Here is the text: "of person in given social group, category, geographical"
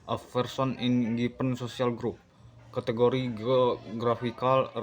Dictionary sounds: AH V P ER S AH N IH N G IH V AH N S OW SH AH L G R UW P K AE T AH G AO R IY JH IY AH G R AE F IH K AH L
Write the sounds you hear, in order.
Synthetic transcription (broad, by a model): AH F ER S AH N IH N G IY P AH N S OW S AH L G R UW P K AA T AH G AO R IY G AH G R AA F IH K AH L